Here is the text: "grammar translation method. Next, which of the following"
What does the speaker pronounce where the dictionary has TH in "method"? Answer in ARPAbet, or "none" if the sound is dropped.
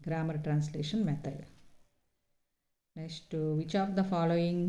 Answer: T